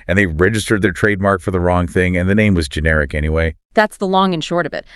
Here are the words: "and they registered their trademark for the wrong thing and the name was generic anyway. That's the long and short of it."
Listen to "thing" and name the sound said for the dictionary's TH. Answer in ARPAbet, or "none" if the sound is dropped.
TH